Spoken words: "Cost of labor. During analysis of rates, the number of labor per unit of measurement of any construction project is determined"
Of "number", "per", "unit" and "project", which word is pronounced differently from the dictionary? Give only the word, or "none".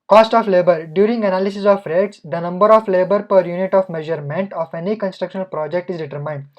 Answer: none